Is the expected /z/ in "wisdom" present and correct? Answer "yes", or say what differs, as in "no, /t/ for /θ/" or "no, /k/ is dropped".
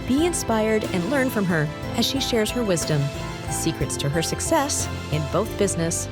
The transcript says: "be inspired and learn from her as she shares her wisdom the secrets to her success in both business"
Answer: yes